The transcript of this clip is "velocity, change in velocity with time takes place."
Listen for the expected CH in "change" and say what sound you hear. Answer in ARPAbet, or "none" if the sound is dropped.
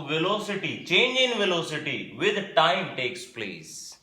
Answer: CH